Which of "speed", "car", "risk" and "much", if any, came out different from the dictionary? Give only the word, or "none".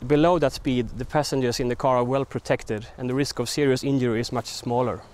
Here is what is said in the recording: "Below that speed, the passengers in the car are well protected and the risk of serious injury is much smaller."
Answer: none